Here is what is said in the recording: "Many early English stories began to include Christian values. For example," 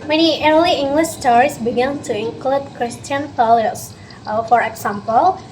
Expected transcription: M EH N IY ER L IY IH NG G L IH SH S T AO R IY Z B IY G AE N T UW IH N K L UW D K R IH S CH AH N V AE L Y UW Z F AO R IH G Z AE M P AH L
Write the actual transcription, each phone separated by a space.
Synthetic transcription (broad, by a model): M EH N IY ER L IY IH NG G L IH SH S T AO R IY S B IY G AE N T UW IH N K L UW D K R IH S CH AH N F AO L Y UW S F AO R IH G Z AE M P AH L